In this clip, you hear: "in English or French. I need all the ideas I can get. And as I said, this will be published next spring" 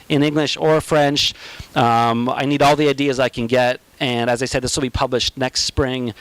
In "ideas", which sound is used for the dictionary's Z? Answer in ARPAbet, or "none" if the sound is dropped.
Z